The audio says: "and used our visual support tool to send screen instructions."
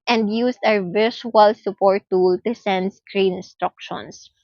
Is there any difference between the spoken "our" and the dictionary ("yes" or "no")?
yes